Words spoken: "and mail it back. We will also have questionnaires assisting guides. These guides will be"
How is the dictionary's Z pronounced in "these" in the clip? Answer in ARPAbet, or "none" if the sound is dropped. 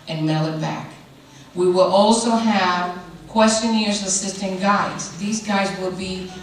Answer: Z